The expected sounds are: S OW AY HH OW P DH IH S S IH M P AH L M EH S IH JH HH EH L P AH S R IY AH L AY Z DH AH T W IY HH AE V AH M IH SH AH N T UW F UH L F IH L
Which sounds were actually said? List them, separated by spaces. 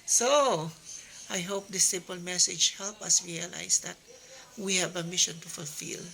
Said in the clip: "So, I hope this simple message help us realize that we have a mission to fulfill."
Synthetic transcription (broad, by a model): S OW AY HH OW P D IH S S IH M P AH L M EH S IH JH HH EH L P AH S R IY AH L AY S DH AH T W IY HH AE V AH M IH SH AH N T UW F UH L F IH L